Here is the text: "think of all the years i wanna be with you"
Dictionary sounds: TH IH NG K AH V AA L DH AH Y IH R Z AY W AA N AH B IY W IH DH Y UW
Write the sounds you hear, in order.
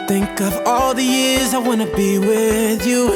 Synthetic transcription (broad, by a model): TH IH NG K AH V AA L DH AH Y IH R Z AY W AA N AH B IY W IH DH Y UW